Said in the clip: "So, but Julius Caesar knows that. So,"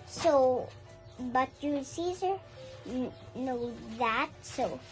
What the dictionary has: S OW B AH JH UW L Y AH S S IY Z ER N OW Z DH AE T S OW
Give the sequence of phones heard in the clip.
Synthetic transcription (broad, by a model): S OW B AH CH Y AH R S IY Z ER N OW DH AE T S OW